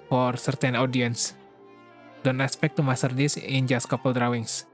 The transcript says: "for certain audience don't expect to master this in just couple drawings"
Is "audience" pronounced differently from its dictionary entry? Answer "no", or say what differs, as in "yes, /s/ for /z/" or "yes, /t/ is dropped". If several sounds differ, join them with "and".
no